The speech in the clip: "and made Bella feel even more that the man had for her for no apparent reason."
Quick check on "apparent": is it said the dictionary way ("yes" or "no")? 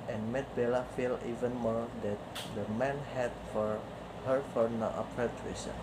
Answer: no